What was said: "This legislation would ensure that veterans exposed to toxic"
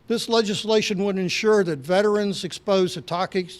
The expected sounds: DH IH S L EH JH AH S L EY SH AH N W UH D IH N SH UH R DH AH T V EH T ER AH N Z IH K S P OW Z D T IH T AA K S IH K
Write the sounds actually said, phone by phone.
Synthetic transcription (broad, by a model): DH IH S L EH JH AH S L EY SH AH N W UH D IH N SH UH R DH AH T V EH T ER AH N Z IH K S P OW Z T IH T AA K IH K